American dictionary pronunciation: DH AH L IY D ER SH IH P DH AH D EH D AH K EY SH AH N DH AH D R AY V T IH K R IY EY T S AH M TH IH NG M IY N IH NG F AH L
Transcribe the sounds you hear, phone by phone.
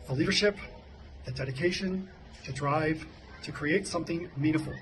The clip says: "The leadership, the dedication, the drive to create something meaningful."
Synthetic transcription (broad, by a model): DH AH L IY D ER SH IH P DH AH D EH D AH K EY SH AH N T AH D R AY V T IH K R IY EY T S AH M TH IH NG M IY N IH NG F L